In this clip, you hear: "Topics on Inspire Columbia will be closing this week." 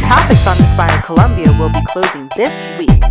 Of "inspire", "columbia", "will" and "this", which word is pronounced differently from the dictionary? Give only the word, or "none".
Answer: inspire